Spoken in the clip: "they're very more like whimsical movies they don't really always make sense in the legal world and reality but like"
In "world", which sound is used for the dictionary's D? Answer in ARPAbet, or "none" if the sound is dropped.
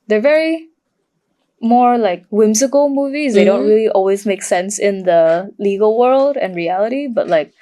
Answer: D